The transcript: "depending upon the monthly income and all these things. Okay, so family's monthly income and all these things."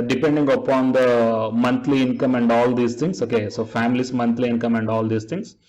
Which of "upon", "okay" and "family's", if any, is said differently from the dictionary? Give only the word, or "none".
family's